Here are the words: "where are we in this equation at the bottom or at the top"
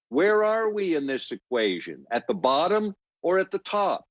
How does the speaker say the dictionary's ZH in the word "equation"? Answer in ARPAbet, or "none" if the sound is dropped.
ZH